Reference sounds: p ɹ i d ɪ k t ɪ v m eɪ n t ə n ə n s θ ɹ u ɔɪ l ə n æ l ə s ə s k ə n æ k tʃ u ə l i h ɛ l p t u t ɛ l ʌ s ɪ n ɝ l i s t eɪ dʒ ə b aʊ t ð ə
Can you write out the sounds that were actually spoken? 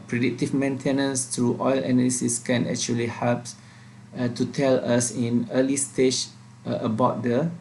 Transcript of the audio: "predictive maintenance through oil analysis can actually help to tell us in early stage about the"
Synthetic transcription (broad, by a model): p ɹ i d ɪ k t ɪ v m eɪ n t ə n ə n s t ɹ u ɔɪ l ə n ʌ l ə s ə s k ə n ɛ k tʃ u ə l i h ɛ l p t u t ɛ l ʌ s ɪ n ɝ l i s t eɪ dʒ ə b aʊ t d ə